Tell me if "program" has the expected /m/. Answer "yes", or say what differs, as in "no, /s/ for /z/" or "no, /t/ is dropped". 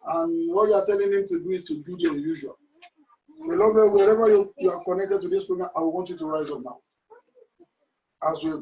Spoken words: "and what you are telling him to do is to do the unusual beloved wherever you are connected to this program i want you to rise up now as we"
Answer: no, /m/ is dropped